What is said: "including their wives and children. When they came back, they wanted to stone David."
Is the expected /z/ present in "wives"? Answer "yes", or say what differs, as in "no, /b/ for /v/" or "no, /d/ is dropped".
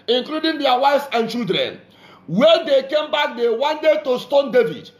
no, /s/ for /z/